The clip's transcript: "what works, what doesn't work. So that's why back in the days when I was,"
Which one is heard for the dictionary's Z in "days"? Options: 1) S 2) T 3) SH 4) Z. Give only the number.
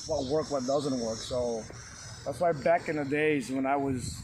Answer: 4